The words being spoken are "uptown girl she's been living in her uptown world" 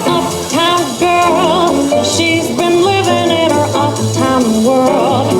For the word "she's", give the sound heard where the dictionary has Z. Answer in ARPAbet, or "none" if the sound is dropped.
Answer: Z